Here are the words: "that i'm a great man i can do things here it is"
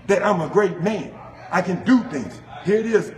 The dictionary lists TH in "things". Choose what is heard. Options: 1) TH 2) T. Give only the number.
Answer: 1